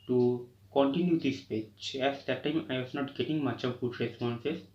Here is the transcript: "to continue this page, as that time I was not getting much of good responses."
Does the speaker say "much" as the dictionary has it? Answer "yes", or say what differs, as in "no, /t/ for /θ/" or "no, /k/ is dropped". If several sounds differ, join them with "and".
yes